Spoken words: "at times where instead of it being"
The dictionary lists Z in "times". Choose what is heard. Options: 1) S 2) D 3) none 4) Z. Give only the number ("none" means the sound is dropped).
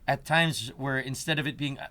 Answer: 4